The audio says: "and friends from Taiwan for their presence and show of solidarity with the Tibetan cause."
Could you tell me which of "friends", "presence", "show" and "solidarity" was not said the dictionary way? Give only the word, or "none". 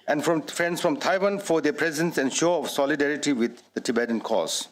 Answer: friends